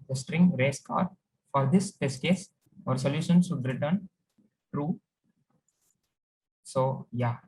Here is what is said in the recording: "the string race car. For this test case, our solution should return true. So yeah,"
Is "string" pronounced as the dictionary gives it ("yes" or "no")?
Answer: yes